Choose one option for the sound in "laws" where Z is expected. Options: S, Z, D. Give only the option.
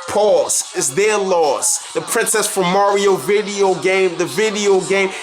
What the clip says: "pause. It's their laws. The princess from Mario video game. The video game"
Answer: S